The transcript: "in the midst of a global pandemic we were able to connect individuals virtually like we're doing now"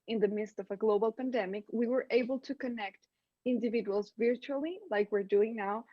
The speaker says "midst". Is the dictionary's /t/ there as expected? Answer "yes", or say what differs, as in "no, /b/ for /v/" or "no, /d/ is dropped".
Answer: yes